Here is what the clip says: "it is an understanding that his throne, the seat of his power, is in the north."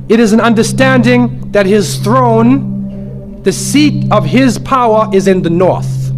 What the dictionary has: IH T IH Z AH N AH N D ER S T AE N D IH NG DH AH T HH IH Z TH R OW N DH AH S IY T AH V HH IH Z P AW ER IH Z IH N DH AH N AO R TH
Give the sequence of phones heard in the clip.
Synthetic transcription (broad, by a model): IH T IH Z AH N AH N D ER S T AE N D IH NG DH AH T HH IH Z TH R OW N DH AH S IY T AH V IH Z P AW ER IH Z IH N DH AH N AO R TH